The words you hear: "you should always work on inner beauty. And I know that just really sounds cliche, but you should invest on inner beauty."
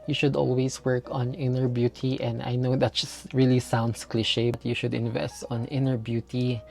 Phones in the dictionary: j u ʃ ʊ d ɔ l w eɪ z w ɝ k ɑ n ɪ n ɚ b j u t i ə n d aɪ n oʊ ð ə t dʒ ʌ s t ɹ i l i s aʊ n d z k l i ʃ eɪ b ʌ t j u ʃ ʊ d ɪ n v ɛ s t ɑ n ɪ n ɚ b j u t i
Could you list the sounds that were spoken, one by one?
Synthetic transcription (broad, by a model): j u ʃ ʊ d ɔ l w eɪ s w ɝ k ɑ n ɪ n ɚ b j u t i ə n d aɪ n oʊ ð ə t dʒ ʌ s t ɹ i l i s aʊ n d s k l i ʃ eɪ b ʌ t j u ʃ ʊ d ɪ n v ɛ s t ɑ n ɪ n ɚ b j u t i